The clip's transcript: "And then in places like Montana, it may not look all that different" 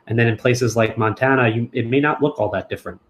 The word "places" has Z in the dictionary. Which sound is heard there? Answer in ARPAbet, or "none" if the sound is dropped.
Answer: Z